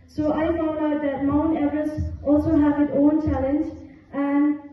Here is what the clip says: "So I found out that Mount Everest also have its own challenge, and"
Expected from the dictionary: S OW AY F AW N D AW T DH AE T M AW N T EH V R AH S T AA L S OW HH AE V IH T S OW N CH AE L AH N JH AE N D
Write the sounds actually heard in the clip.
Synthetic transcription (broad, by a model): S OW AY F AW D AW T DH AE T M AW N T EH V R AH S T AA L S OW HH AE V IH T OW N CH AE L AH N JH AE N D